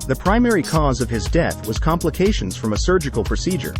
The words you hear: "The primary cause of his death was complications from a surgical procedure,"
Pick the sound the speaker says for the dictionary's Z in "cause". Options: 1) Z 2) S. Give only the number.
1